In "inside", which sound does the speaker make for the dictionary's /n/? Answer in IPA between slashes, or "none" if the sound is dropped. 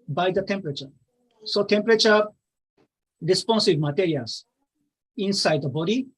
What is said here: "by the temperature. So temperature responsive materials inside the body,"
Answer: /n/